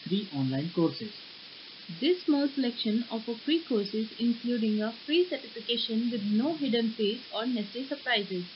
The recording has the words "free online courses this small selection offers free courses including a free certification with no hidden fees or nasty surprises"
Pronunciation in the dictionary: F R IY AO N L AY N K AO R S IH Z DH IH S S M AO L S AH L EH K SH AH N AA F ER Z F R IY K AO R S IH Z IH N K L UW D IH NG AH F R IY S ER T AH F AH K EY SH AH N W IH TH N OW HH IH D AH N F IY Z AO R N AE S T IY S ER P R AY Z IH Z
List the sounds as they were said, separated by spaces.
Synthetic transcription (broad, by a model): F R IY AO N L AY N K AO R S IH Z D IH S S M AO L S AH L EH K SH AH N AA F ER F R IY K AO R S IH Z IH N K L UW D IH NG AH F R IY S ER T AH F AH K EY SH AH N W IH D N OW HH IH D AH N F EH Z AO R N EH S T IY S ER P R AY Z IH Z